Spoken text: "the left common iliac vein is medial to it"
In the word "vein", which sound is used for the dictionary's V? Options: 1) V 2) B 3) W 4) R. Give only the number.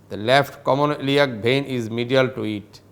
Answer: 2